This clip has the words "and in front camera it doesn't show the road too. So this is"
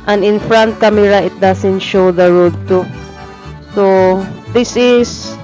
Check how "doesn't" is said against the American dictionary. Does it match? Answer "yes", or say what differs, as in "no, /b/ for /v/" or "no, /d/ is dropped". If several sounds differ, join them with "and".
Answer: no, /s/ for /z/